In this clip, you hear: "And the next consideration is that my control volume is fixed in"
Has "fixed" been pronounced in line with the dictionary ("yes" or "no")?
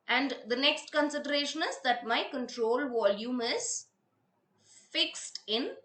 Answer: yes